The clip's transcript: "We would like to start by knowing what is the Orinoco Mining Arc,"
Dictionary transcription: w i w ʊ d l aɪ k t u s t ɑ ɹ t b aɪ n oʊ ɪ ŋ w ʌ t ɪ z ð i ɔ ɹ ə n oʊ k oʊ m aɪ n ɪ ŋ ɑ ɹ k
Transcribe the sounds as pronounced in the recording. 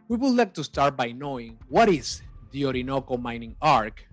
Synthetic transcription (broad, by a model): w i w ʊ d l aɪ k t u s t ɑ ɹ t b aɪ n oʊ ɪ ŋ w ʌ t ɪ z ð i ɔ ɹ ə n oʊ k oʊ m aɪ n ɪ ŋ ɑ ɹ k